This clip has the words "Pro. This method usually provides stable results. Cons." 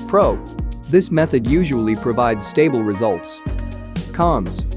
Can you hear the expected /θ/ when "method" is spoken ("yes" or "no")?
yes